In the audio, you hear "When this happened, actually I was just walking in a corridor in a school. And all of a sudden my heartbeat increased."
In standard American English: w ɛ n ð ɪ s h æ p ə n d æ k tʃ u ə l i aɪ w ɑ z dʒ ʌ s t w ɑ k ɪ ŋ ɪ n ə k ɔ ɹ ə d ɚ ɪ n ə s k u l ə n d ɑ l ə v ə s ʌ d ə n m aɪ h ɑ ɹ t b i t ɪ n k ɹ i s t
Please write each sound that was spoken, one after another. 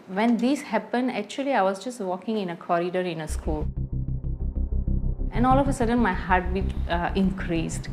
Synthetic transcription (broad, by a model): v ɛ n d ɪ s h æ p ə n d æ k tʃ u ə l i aɪ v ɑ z dʒ ʌ s t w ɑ k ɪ ŋ ɪ n ə k ɔ ɹ ə d ɚ ɪ n ə s k u l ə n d ɑ l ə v ə s ʌ d ə n m aɪ h ɑ ɹ t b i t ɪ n k ɹ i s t